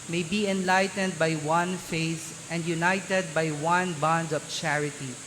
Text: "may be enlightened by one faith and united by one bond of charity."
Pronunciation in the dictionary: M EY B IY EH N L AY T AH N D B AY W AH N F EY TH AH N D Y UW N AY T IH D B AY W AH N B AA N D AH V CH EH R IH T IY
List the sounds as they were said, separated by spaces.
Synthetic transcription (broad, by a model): M EY B IY EH N L AY T AH N D B AY W AH N F EY S AH N D Y UW N AY T IH D B AY W AH N B AA N D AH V CH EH R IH T IY